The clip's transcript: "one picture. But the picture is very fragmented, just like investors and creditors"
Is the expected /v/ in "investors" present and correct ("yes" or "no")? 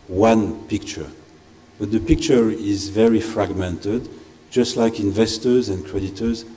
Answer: yes